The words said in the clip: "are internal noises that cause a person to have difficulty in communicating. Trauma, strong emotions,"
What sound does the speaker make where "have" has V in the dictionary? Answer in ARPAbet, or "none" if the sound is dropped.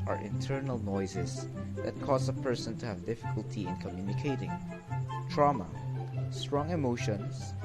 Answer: V